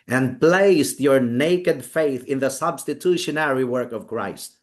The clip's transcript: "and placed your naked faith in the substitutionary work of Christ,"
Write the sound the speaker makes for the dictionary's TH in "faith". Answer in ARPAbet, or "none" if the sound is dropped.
TH